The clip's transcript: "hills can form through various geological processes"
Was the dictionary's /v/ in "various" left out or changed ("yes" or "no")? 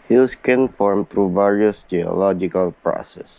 no